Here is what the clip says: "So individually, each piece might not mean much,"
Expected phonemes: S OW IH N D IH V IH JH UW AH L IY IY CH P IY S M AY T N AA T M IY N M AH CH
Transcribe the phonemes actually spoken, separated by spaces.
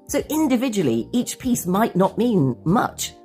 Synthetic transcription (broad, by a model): S OW IH N D IH V IH JH UW AH L IY IY CH P IY S M AY T N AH T M IY N M AH CH